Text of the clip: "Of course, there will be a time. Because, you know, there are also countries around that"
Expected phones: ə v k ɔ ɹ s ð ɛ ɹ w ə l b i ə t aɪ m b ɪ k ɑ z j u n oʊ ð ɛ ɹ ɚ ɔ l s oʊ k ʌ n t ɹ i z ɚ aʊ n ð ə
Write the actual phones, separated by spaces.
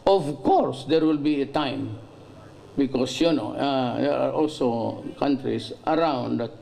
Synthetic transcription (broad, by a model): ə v k ɔ ɹ s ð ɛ ɹ w ə l b i ə t aɪ m b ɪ k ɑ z j u n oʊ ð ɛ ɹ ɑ ɔ l s oʊ k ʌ n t ɹ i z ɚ aʊ n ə